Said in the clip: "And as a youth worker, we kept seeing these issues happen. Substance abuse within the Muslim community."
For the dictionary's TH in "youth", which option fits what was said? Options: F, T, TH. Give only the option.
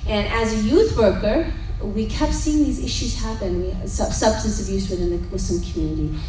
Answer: TH